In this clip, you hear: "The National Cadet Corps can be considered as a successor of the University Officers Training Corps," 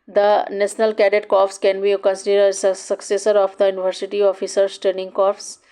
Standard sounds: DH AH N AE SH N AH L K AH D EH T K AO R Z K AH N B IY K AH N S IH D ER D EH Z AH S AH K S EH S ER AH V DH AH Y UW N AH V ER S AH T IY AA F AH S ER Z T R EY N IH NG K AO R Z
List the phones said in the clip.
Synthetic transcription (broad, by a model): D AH N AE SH N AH L K AH D EH T K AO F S K AH N B IY K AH N S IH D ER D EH S AH S AH K S EH S ER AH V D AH Y UW N AH V ER S AH T IY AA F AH S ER S T EY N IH NG K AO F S